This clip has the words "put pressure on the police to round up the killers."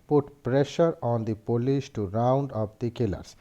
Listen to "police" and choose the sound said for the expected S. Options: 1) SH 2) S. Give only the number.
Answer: 1